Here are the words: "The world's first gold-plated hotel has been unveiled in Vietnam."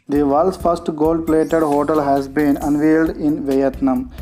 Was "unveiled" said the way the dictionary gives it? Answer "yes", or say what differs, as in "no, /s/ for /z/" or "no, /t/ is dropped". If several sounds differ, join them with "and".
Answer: yes